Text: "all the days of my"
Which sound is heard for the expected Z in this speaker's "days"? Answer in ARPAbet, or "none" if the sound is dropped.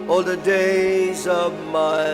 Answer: Z